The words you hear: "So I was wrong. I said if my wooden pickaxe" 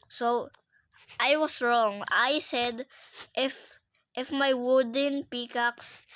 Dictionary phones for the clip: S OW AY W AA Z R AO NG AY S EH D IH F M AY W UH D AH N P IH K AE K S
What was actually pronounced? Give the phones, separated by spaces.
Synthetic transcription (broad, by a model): S OW AY W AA S R AO NG AY S EH D IH F M AY W UH D AH N P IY K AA K S